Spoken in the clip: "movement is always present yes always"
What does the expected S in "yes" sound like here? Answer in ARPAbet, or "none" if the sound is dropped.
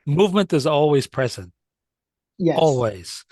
none